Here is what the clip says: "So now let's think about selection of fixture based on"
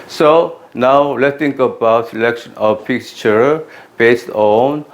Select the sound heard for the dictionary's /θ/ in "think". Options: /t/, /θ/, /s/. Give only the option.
/t/